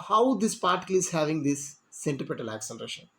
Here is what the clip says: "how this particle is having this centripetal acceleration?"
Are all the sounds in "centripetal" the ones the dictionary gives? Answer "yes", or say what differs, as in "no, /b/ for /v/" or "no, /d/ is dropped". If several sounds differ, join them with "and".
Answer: no, /ɹ/ is dropped